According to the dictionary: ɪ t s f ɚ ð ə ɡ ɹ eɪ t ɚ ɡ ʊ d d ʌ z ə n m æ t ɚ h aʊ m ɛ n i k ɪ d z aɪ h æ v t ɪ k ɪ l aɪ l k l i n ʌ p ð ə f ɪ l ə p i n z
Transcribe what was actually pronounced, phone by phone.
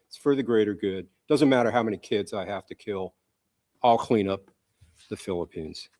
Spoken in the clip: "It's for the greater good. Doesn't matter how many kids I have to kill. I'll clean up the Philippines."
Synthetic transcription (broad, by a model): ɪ t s f ɚ ð ə ɡ ɹ eɪ t ɚ ɡ ʊ d d ʌ z ə n m æ t ɚ h aʊ m ɛ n i k ɪ d z aɪ h æ f t ɪ k ɪ l aɪ l k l i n ʌ p ð ə f ɪ l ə p i n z